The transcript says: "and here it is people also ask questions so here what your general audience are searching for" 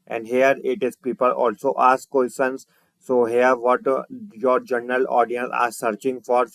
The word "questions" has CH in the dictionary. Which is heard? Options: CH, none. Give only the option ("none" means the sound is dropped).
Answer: none